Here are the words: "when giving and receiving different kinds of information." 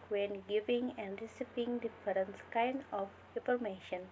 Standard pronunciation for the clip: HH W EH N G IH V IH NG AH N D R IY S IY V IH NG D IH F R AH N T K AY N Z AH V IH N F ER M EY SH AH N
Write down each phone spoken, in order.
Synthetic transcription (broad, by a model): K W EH N G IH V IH NG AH N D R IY S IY P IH NG D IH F R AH N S K AY N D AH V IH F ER M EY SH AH N